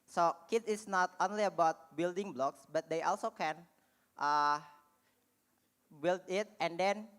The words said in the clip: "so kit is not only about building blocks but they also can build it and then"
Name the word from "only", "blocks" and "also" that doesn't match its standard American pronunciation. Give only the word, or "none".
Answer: none